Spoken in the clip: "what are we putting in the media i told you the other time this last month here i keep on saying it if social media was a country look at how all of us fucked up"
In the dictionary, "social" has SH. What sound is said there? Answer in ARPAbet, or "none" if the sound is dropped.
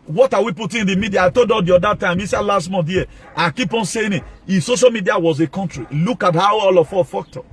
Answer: SH